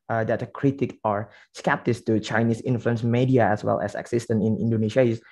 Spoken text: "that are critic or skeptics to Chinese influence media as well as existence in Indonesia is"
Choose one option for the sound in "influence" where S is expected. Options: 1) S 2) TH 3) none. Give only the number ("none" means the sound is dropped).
1